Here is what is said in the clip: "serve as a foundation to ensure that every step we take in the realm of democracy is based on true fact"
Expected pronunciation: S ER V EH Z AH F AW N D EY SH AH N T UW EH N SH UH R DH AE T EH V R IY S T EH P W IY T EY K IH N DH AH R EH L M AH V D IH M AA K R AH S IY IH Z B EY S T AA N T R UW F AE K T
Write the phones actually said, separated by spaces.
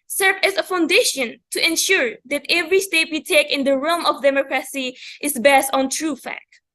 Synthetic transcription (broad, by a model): S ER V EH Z AH F AW N D EY SH AH N T UW EH N SH UH R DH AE T EH V R IY S T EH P W IY T EY K IH N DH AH R EH L M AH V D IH M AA K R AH S IY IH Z B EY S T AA N T R UW F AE K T